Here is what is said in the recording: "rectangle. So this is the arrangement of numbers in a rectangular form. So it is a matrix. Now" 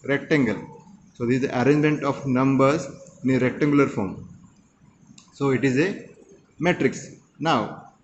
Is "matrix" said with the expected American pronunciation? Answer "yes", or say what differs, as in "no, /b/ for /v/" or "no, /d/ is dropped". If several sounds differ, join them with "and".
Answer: yes